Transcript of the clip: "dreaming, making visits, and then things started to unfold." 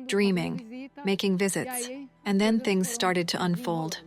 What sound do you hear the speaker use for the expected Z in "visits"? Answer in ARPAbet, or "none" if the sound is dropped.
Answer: Z